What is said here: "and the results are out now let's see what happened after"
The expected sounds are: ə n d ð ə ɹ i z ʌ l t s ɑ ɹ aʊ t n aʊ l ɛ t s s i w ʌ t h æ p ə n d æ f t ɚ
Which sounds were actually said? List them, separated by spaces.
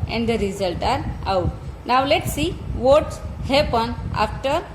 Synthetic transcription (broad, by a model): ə n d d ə ɹ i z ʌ l t ɑ ɹ aʊ t n aʊ l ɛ t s s i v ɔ t h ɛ p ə n æ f t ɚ